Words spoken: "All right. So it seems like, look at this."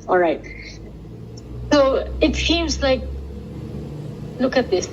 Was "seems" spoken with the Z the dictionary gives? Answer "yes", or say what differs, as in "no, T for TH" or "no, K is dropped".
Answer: yes